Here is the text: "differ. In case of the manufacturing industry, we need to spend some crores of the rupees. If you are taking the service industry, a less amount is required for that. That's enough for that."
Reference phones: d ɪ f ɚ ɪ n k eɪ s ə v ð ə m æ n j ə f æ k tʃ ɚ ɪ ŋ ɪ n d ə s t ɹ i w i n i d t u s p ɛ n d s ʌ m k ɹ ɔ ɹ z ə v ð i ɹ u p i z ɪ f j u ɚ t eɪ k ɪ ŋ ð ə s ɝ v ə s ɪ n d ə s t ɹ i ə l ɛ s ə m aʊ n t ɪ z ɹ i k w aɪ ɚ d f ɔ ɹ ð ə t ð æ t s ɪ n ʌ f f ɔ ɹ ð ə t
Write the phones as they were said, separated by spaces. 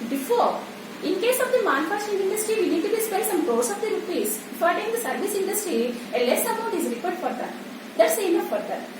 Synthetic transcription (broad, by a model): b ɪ f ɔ ɪ n k eɪ s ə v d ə m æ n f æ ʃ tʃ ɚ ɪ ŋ ɪ n d ə s t ɹ i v i n i d t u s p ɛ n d s ʌ m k ɔ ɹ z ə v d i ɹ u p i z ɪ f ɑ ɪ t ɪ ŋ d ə s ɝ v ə s ɪ n d ə s t ɹ i ə l ɛ s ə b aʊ t ɪ z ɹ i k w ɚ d f ɔ ɹ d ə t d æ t s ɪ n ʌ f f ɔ ɹ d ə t